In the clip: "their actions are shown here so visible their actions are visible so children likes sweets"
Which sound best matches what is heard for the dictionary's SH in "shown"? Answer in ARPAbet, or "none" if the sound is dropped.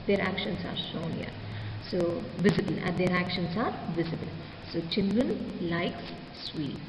S